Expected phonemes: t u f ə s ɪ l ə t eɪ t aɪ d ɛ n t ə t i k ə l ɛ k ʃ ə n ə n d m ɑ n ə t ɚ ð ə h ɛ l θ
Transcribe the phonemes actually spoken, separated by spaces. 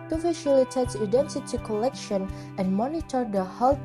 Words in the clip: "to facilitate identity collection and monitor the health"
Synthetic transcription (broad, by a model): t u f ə ʃ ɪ l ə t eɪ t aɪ d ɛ n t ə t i k ə l ɛ k ʃ ə n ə n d m ɑ n ə t ɚ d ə h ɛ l